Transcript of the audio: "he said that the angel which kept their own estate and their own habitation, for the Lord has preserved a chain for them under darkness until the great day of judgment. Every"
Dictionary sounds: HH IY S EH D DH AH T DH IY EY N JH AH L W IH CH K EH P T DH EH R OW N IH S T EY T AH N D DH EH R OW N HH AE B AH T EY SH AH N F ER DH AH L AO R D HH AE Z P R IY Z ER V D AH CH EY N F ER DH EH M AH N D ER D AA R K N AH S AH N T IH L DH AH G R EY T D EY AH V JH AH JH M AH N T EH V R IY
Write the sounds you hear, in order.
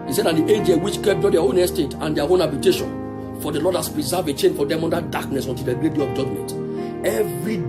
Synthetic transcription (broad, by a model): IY S EH D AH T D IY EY JH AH W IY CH K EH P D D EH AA OW N IH S T EY T AH N D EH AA OW N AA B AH T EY SH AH N F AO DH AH L AO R D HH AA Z P R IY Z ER V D AH CH EY N F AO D EH M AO N D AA D AA K N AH S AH N T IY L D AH G R EY T D EY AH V JH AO JH M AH N T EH V R IY